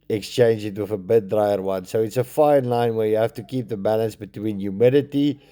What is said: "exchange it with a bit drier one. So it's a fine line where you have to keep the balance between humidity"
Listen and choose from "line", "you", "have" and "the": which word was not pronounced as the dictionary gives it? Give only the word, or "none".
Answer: have